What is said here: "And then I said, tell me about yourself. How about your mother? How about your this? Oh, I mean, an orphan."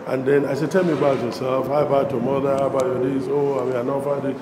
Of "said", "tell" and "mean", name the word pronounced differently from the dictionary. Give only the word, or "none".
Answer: mean